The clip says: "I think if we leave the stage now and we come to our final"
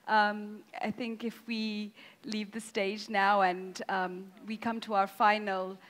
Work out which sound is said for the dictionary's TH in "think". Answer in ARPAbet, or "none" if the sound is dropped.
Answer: TH